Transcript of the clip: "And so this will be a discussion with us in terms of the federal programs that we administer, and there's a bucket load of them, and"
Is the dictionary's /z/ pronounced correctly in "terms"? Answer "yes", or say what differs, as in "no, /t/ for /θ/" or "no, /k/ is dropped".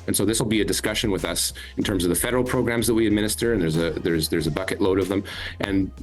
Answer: yes